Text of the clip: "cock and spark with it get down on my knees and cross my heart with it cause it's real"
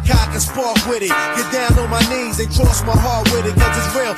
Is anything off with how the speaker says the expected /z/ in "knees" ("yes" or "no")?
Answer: no